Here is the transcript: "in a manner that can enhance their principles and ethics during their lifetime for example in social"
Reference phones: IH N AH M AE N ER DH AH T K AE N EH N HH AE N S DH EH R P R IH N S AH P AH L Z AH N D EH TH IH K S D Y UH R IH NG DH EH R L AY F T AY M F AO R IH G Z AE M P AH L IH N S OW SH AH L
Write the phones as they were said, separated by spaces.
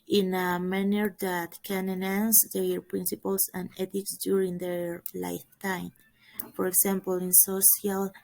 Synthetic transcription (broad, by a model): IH N AH M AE N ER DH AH T K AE N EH N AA N S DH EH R P R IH N S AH P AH L S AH N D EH T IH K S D Y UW R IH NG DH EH R L AY F T AY M F AO R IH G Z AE M P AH L IH N S OW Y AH L